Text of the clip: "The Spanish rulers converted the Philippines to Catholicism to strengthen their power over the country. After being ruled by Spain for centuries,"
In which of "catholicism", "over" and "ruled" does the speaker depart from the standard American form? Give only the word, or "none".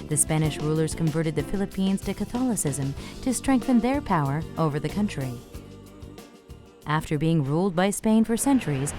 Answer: none